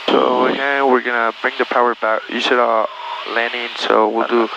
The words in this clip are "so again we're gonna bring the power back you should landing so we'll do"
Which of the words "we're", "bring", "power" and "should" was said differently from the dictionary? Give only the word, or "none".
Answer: should